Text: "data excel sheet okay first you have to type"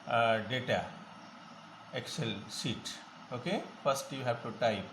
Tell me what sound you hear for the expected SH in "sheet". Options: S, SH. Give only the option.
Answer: S